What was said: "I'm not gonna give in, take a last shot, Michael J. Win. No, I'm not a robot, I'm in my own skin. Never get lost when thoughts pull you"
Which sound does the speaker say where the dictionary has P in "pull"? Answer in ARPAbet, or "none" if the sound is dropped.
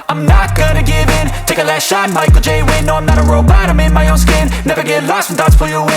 F